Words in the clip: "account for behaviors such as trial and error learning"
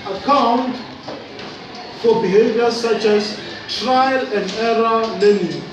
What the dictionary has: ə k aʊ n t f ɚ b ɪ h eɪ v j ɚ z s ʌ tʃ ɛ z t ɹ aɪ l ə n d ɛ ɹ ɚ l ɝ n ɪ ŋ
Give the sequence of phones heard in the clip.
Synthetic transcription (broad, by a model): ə k aʊ n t f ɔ b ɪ h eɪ v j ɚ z s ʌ tʃ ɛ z t ɹ aɪ l ə n d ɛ ɹ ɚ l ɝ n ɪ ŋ